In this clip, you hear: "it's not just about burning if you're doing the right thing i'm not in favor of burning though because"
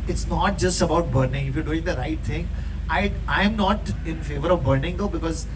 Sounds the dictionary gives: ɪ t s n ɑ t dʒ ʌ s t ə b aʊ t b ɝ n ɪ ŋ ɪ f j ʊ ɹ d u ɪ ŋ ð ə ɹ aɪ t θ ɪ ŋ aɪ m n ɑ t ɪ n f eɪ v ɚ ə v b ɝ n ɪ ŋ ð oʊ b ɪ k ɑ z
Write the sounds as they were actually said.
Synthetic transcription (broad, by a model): ɪ t s n ɑ t dʒ ʌ s t ə b aʊ t b ɝ n ɪ ŋ ɪ f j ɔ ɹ d u ɪ ŋ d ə ɹ aɪ t t ɪ ŋ aɪ m n ɑ t ɪ n f eɪ v ɚ ə v b ɝ n ɪ ŋ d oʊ b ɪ k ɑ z